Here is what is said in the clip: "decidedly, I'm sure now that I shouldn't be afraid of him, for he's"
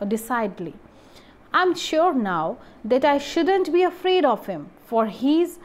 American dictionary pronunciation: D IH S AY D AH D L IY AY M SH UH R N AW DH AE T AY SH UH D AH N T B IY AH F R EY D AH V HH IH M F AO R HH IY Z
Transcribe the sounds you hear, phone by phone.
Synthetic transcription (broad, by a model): D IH S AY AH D L IY AY M SH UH R N AW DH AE T AY SH UH D AH N T B IY AH F R EY D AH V HH IH M F AO R HH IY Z